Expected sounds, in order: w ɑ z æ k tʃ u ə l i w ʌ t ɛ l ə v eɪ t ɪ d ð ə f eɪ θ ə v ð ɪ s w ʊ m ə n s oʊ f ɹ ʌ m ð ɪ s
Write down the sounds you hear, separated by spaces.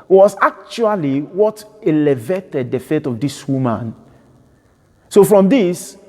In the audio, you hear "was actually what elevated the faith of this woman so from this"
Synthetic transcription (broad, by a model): w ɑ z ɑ k tʃ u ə l i w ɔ t ɛ l ə v eɪ t ɪ d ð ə f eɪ t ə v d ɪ s w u m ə n s oʊ f ɹ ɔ m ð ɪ s